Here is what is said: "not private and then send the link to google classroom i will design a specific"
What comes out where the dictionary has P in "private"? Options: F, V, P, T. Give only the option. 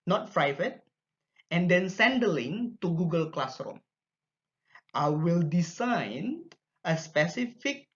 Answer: F